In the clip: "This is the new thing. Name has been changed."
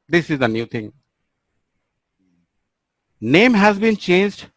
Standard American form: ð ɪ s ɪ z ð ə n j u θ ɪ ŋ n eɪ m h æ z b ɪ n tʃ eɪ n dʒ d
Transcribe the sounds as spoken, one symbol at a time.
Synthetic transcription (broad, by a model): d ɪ s ɪ z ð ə n j u t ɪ ŋ n eɪ m h æ z b ɪ n tʃ eɪ n dʒ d